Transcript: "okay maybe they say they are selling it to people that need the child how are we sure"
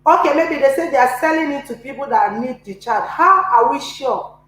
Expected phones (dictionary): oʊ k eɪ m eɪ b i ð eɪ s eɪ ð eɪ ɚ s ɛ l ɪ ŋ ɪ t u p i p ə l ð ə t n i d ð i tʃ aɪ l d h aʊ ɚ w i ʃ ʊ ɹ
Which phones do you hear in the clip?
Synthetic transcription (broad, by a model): oʊ k eɪ m eɪ b i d eɪ s eɪ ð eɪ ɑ s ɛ l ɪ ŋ ɪ t u p i p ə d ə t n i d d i tʃ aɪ d h aʊ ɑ w i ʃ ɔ